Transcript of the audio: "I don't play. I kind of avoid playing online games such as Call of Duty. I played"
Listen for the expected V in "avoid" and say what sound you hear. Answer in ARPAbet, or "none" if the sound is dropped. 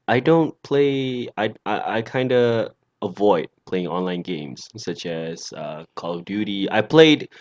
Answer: V